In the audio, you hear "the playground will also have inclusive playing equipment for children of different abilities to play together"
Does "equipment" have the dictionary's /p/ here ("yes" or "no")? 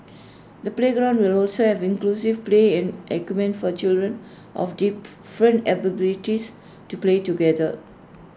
no